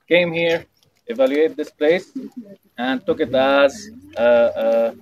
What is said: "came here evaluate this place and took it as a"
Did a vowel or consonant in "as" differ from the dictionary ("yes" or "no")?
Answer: no